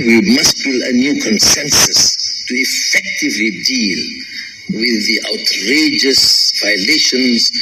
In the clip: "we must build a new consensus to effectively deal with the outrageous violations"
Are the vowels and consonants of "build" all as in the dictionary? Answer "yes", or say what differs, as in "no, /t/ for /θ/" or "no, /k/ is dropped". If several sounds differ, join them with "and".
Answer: no, /d/ is dropped